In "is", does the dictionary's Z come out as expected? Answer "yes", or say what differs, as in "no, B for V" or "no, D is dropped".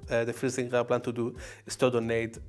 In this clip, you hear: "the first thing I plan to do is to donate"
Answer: no, S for Z